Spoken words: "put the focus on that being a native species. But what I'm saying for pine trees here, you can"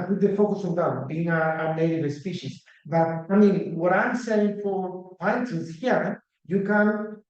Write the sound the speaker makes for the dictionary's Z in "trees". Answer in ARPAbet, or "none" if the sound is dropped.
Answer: S